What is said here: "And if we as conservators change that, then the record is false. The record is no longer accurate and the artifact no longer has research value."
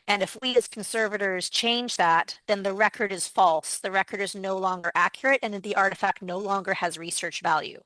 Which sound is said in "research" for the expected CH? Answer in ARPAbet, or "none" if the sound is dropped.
CH